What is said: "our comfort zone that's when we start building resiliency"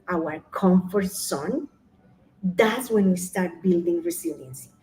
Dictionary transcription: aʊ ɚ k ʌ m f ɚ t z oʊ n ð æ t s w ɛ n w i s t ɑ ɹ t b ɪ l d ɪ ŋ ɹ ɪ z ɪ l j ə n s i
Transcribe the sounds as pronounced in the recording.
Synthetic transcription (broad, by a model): aʊ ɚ k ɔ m f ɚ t s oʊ n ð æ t s w ɛ n w i s t ɑ ɹ t b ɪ l d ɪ ŋ ɹ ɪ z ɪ l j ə n s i